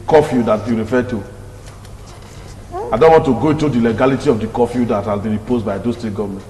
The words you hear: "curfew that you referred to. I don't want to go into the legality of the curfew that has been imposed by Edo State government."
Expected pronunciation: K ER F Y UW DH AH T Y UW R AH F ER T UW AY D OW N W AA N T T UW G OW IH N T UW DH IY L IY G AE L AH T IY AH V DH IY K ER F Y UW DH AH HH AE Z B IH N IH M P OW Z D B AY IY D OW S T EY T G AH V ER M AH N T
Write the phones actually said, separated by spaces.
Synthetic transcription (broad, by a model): K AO F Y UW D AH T Y UW R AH F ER T UW AY D OW N W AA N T T UW G OW IH N T UW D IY L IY G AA L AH T IY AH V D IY K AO F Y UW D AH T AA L B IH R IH P OW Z B AY D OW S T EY G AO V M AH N